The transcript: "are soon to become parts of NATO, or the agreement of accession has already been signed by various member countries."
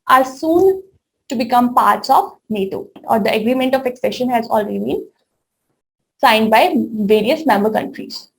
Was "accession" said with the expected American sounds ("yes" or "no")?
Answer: yes